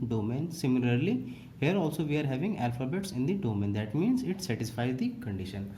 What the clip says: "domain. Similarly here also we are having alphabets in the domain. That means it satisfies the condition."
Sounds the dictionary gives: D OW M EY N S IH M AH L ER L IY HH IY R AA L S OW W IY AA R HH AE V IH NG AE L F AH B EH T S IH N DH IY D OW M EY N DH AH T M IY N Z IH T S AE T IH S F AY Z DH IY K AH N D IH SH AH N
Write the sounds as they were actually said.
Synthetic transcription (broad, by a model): D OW M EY N S IH M AH L ER L IY HH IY R AA L S OW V IY AA R HH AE V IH NG AE L F AH B EH T S IH N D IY D OW M EY N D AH T M IY N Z IH T S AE T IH S F AY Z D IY K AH N D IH SH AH N